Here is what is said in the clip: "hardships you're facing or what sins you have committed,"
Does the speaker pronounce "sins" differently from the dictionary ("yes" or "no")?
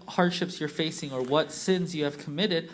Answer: no